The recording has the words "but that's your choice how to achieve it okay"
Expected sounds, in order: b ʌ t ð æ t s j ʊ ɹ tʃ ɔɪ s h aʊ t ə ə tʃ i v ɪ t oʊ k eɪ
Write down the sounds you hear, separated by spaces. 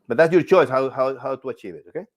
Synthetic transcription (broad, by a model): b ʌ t ð æ t s j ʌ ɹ tʃ ɔɪ s h aʊ t ə ə tʃ i v ɪ t oʊ k eɪ